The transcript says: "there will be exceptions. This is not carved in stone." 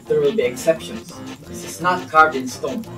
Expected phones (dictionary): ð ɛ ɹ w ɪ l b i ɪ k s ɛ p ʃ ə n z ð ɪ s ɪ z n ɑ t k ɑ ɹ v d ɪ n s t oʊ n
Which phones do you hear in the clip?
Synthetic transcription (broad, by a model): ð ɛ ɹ w ɪ l b i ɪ k s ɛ p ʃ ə n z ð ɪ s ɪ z n ɑ t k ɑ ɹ d ɪ n s t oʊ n